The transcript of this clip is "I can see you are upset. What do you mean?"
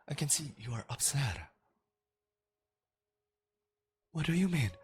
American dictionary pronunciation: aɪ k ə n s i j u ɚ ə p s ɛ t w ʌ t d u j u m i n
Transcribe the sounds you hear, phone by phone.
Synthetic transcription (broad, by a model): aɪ k ə n s i j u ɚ ə p s ɛ t w ʌ t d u j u m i n